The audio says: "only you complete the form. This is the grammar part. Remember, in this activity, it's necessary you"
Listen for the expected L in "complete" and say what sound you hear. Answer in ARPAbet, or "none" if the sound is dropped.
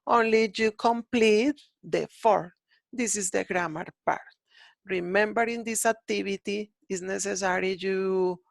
L